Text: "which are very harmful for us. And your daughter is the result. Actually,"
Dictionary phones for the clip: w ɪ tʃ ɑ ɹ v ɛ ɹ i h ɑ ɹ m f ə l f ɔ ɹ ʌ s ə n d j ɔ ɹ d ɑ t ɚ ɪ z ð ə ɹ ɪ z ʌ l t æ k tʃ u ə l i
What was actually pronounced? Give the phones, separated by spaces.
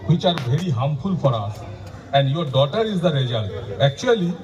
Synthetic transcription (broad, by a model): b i tʃ ɑ ɹ b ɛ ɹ i h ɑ m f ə l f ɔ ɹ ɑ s ə n d j ɔ ɹ d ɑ t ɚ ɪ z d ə ɹ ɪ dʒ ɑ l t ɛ k tʃ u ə l i